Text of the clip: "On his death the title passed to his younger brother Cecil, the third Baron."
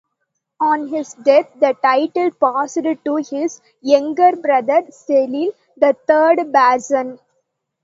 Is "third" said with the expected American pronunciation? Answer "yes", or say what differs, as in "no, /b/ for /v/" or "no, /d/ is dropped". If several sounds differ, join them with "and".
no, /t/ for /θ/